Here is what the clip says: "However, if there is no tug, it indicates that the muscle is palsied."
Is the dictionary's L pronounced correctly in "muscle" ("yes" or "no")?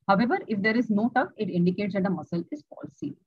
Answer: yes